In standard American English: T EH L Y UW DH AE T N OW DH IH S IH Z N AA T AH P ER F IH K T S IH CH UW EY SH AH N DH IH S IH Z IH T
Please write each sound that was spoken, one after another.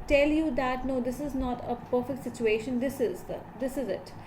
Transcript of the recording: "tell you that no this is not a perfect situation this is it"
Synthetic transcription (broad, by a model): T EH L Y UW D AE T N OW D IH S IH Z N AA T AH P ER F IH K T S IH CH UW EY SH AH N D IH S IH Z IH T